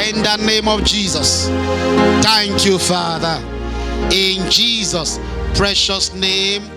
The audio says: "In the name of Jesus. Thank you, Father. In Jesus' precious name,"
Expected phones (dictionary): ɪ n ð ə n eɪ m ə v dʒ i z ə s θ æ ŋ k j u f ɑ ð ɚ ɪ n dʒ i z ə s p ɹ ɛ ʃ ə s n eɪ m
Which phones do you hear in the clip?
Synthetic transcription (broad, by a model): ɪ n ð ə n eɪ m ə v dʒ i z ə s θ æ ŋ k j u f ɑ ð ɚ ɪ n dʒ i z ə s p ɹ ɛ ʃ ə s n eɪ m